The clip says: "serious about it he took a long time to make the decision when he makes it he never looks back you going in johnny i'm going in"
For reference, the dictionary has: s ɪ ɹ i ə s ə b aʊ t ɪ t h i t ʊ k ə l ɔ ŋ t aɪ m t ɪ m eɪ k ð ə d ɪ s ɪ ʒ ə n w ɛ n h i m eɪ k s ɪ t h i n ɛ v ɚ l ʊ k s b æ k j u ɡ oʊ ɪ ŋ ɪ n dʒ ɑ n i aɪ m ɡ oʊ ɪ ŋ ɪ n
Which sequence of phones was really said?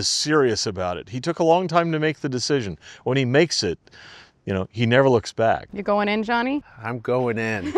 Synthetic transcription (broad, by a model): s ɪ ɹ i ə s ə b aʊ t ɪ t h i t ʊ k ə l ɔ ŋ t aɪ m t ɪ m eɪ k ð ə d ɪ s ɪ ʒ ə n w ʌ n i m eɪ k s ɪ t h i n ɛ v ɚ l ʊ k s b æ k j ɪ ɡ oʊ ɪ ŋ ɪ n dʒ ɑ n i aɪ m ɡ oʊ ɪ ŋ ɪ n